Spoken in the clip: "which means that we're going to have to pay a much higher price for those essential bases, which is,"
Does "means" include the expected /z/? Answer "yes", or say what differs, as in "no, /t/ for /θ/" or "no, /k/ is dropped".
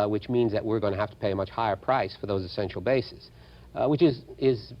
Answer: yes